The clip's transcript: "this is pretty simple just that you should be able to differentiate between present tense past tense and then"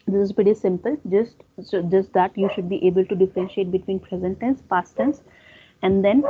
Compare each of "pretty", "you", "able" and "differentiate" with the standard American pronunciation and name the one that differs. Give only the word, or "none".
pretty